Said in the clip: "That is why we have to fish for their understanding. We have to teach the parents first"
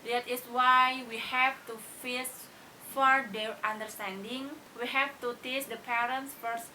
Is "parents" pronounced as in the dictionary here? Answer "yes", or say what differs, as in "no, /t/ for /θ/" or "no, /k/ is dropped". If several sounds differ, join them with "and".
yes